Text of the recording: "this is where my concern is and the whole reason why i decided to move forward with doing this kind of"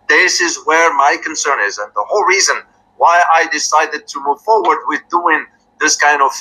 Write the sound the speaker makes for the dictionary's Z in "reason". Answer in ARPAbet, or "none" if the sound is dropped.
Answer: Z